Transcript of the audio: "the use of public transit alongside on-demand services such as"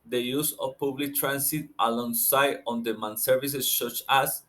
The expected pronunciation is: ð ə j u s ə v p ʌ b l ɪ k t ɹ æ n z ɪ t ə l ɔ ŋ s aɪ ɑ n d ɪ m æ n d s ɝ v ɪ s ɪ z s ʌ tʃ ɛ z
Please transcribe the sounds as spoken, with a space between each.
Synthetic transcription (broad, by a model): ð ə j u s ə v p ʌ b l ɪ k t ɹ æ n s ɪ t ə l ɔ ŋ s aɪ ɑ n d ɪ m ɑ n s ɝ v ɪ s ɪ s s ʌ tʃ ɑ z